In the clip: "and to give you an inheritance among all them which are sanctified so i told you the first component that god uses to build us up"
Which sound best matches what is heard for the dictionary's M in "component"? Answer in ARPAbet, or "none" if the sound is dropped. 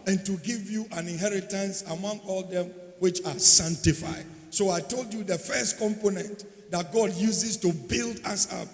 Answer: M